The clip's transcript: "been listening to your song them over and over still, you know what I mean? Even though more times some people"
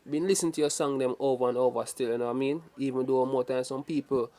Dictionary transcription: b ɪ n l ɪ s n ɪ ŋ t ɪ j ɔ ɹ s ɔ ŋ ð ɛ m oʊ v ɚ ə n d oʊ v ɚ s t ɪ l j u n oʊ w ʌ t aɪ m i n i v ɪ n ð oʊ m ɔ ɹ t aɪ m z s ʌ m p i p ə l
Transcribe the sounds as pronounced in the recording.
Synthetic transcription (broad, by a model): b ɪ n l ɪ s ɪ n t ɪ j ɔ s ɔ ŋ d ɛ m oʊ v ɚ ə n oʊ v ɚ s t ɪ l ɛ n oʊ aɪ m i n i v ɪ n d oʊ m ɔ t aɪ s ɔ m p i p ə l